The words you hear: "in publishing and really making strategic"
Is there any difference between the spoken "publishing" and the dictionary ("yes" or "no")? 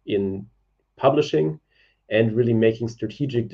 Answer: no